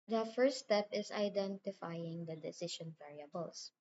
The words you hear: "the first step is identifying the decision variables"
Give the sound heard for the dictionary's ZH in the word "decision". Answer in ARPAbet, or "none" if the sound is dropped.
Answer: SH